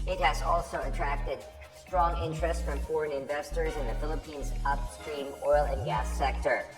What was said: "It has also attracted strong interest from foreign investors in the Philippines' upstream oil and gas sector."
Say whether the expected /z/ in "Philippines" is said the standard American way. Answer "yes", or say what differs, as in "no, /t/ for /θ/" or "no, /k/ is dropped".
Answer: yes